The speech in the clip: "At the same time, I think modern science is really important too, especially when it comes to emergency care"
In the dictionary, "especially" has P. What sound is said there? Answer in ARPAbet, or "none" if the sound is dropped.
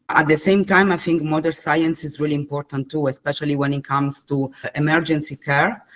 P